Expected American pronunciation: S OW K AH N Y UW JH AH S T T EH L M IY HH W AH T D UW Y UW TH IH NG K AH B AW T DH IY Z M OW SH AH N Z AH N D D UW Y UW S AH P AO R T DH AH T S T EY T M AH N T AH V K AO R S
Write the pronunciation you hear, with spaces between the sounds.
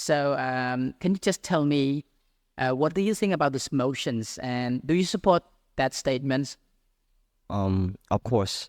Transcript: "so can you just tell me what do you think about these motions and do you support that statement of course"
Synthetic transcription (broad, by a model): S OW K AH N Y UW JH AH S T T EH L M IY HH W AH T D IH Y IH TH IH NG K AH B AW T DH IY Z M OW SH AH N Z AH N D D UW Y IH S AH P AO R T DH AH T S T EY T M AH N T AH V K AO R S